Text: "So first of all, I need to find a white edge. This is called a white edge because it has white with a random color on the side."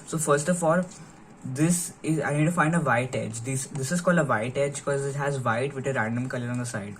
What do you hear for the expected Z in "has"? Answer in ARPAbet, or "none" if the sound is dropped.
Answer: Z